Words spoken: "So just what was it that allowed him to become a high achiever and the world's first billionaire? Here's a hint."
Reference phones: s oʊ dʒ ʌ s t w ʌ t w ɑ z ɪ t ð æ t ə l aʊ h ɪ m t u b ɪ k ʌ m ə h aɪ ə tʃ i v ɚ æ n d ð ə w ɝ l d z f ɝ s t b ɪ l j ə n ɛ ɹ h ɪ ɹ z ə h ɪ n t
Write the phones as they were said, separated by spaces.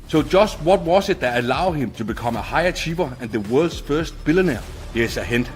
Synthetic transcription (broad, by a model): s oʊ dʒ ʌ s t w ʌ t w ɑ s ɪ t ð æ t ə l aʊ h ɪ m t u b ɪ k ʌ m ə h aɪ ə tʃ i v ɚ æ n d ð ə w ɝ l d s f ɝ s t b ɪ l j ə n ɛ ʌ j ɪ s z ə h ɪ n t